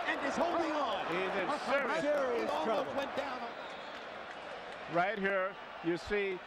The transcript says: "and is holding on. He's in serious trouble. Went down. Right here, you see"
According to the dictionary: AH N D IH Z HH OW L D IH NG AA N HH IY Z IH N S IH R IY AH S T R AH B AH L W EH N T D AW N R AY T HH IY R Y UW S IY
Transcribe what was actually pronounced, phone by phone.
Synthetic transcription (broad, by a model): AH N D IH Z HH OW L D IH NG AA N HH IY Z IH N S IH R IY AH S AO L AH AH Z W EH N D AW N R AY T HH IY R Y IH S IY